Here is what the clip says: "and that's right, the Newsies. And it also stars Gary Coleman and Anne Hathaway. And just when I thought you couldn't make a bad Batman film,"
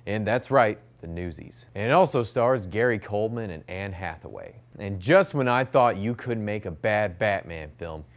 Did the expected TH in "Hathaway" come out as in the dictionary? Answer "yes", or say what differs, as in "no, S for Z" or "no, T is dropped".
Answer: yes